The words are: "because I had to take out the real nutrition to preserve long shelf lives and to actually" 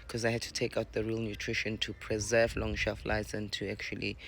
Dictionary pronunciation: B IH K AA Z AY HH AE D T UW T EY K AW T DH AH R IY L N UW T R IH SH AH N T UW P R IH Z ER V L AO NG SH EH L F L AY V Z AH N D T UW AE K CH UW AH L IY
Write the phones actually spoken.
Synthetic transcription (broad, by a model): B K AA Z AY HH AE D T UW T EY K AW T DH AH R IY L N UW T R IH SH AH N T UW P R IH Z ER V L AO NG SH EH L F L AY Z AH N T UW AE K CH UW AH L IY